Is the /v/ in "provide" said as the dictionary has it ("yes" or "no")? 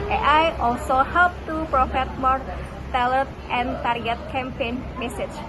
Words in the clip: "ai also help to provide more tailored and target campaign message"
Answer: no